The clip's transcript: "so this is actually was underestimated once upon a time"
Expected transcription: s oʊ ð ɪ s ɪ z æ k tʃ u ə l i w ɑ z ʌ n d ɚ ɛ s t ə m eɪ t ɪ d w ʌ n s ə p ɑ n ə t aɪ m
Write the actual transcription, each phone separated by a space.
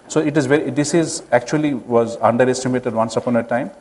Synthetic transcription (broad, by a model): s oʊ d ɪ s ɪ z æ k tʃ u ə l i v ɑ z ʌ n d ɚ ɛ s t ə m eɪ t ɪ d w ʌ n s ə p ɑ n ə t aɪ m